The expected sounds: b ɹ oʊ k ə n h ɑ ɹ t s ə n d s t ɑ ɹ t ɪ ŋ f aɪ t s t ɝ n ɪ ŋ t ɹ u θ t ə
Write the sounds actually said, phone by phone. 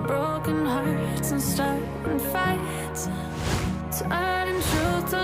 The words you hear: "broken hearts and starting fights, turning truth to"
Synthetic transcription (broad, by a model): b ɹ oʊ k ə n h ɑ ɹ t s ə n s t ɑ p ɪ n f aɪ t t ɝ ɪ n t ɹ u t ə